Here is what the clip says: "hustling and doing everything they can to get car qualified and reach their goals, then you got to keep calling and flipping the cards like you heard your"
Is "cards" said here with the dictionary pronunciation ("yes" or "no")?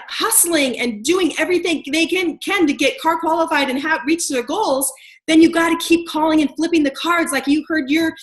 yes